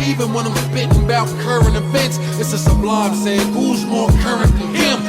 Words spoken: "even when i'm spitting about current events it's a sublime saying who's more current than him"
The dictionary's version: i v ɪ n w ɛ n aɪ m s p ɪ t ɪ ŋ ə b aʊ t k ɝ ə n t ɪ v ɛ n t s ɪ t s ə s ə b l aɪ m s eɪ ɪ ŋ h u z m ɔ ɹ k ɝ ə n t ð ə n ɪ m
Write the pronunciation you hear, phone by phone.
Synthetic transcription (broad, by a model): i v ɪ n w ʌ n aɪ m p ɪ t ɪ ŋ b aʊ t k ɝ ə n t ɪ f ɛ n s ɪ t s ə s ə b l aɪ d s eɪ ɪ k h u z m ɔ ɹ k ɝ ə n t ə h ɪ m